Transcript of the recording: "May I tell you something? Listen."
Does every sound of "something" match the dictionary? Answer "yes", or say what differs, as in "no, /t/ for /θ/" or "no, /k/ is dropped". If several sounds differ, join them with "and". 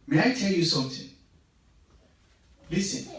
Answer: no, /t/ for /θ/